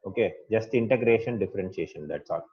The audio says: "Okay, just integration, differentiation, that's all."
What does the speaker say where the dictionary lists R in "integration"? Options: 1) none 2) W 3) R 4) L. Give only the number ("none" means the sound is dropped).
3